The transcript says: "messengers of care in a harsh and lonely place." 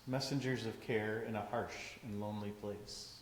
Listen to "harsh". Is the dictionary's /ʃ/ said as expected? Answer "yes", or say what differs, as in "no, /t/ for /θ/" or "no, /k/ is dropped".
yes